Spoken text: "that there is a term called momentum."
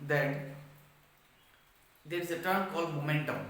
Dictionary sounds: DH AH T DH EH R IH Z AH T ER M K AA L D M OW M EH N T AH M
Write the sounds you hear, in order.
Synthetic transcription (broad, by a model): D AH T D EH R IH Z AH T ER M K AA L D M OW M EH N T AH M